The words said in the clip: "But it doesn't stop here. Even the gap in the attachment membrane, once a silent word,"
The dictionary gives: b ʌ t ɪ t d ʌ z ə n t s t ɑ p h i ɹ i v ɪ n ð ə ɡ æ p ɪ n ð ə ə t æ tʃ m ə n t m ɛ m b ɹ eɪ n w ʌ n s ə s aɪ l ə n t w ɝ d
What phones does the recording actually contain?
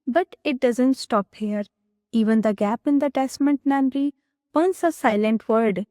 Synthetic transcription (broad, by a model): b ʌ t ɪ t d ʌ z ə n t s t ɑ p h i ɹ i v ɪ n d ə ɡ æ p ɪ n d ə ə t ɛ s m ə n t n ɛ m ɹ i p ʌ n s ə s aɪ l ə n t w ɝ d